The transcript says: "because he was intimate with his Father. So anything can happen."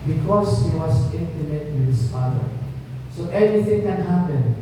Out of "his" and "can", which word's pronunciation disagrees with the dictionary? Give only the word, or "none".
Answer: his